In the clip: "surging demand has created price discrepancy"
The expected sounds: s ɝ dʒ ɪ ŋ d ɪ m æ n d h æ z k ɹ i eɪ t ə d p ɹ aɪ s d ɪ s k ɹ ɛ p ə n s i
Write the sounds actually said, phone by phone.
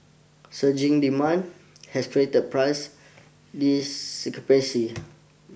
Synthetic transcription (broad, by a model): s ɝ dʒ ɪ ŋ d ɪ m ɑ n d h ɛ s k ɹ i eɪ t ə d p ɹ aɪ s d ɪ s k ʌ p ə s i